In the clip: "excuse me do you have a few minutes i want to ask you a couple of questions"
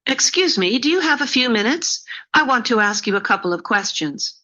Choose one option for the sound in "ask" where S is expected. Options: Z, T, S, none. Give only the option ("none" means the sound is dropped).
S